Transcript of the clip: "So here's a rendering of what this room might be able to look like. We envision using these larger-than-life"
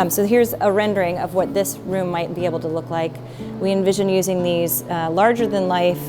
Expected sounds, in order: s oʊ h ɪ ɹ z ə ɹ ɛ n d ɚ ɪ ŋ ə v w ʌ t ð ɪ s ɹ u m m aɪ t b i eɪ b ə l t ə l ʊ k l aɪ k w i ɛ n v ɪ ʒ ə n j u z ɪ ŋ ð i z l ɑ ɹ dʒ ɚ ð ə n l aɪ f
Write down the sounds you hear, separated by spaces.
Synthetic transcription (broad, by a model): s oʊ h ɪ ɹ z ə ɹ ɛ n d ɚ ɪ ŋ ə v w ʌ t ð ɪ s ɹ u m m aɪ t b i eɪ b l t ə l ʊ k l aɪ k w i ɛ n v ɪ ʒ ə n j u z ɪ ŋ ð i z l ɑ ɹ dʒ ɚ ð ə n l aɪ f